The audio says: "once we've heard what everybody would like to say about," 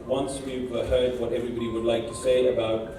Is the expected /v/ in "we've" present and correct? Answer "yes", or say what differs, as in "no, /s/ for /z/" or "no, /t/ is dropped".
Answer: no, /p/ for /v/